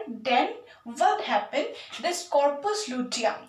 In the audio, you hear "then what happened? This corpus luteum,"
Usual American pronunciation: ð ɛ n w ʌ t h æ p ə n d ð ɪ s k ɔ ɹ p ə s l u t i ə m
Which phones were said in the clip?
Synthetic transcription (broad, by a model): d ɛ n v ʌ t h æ p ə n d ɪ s k ɔ ɹ p ə s l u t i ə